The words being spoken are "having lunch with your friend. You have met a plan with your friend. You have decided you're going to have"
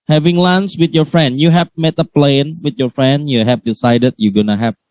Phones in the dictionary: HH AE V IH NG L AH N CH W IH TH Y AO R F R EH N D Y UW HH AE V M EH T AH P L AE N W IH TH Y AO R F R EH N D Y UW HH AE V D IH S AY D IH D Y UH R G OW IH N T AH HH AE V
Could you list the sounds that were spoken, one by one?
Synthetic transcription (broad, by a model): HH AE V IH NG L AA N S W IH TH Y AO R F R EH N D Y UW HH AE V M EH T AH P L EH N W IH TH Y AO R F R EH N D Y UW HH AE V D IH S AY D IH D Y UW G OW N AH HH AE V